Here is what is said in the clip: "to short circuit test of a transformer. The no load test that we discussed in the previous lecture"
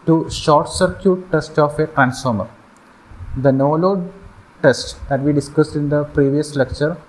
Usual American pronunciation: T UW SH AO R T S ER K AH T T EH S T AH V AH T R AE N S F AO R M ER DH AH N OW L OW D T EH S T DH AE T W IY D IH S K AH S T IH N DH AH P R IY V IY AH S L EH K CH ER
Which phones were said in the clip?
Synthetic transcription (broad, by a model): T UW SH AO R T S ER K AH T T EH S T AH F AH T R AE N S F AO R M ER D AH N OW L OW D T EH S T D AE T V IY D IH S K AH S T IH N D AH P R IY V IY AH S L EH K CH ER